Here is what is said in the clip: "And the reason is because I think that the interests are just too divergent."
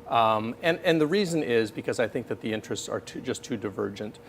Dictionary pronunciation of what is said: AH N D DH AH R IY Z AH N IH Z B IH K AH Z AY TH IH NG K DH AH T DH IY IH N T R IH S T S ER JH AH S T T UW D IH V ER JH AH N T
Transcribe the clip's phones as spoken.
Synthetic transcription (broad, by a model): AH N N DH AH R IY Z AH N IH Z B IH K AH Z AY TH IH NG K DH AH T DH IY IH N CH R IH S T S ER JH AH S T T UW D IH V ER JH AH N T